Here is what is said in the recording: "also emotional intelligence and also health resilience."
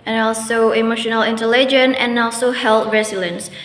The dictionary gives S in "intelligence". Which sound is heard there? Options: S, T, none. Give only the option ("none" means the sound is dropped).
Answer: none